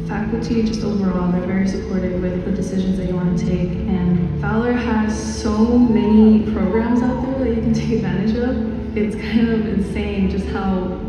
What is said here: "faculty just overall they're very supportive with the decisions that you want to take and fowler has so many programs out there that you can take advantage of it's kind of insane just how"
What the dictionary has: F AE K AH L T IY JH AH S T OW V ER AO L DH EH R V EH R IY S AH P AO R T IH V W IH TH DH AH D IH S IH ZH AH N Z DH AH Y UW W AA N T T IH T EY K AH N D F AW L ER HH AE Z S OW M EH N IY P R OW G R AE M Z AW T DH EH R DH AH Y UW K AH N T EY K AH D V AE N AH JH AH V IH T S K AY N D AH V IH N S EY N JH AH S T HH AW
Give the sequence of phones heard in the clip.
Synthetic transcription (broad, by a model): F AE K L T IY JH AH S T OW V ER AO L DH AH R V EH R IY S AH P AO R T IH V W IH DH AH D IH S IH ZH AH N Z DH AH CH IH W AA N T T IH T EY K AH N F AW L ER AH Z S OW M EH N IY P R OW G R AE M Z AW T DH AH R DH AH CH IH K N T EY K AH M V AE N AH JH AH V IH T S K AY N D AH V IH N S EY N JH AH S T HH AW